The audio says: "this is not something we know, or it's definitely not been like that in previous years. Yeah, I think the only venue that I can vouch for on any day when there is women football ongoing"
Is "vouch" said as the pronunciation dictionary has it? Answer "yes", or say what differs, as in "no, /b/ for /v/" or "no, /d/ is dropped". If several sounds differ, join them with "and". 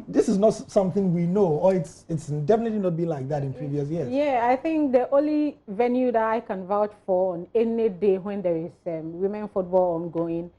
yes